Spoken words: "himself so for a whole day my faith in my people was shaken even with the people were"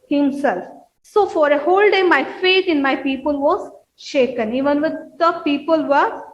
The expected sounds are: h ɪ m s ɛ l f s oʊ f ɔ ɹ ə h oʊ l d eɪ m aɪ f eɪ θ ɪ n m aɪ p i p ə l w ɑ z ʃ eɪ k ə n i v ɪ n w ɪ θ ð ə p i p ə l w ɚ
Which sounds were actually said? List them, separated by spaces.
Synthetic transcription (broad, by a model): h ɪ m s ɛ l f s oʊ f ɔ ɹ ə h oʊ l d eɪ m aɪ f eɪ t ɪ n m aɪ p i p ə l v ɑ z ʃ eɪ k ə n i v ɪ n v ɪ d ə p i p ə l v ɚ